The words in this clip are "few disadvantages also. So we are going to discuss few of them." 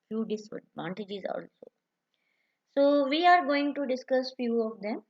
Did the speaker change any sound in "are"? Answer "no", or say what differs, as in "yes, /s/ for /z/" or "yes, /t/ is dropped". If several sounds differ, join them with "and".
no